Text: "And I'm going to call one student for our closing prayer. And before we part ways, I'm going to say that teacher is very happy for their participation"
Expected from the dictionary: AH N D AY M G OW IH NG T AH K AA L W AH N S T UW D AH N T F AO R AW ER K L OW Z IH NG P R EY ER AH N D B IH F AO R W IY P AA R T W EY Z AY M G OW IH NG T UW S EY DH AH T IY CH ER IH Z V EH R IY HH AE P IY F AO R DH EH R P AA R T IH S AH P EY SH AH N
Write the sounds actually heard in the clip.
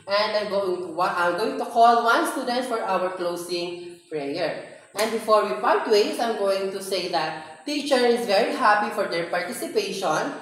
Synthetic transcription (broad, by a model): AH N D AY M G OW IH NG T AH K AA L W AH N S T UW D AH N T F AO R AW ER K L OW S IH NG P R EY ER AH N D B IH F AO R W IY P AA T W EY S AY M G OW IH NG T UW S EY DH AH T IY CH ER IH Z V EH R IY HH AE P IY F AO R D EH R P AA R T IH S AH P EY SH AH N